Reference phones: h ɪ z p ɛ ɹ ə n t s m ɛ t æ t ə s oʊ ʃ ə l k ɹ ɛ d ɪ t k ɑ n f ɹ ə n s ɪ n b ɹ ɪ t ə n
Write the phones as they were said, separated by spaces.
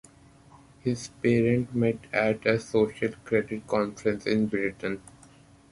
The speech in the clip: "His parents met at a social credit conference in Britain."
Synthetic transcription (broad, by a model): h ɪ z p ɛ ɹ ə n t m ɛ t æ t ə s oʊ ʃ ə l k ɹ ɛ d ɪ t k ɑ n f ɹ ə n s ɪ n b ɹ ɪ t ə n